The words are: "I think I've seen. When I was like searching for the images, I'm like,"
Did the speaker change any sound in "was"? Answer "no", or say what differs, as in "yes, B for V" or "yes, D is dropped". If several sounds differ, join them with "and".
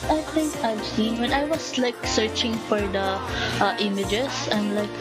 yes, S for Z